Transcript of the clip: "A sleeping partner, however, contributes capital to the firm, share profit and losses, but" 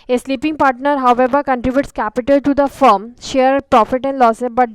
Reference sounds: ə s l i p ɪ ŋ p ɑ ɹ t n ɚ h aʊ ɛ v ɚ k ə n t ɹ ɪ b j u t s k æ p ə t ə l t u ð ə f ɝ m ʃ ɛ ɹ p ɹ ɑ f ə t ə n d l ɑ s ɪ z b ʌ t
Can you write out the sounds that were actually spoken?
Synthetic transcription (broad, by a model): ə s l i p ɪ ŋ p ɑ ɹ t n ɚ h aʊ ɛ v ɚ k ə n t ɹ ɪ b j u t s k æ p ə t ə l t u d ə f ɝ m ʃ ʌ ɹ p ɹ ɑ f ə t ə n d l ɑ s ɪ b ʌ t